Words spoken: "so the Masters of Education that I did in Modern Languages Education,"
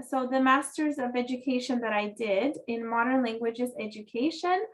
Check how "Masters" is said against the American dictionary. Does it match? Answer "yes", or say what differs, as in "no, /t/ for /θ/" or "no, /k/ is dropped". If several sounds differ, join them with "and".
yes